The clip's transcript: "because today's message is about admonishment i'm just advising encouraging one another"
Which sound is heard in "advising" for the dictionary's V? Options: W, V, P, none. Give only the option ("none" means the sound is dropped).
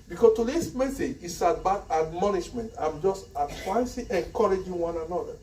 P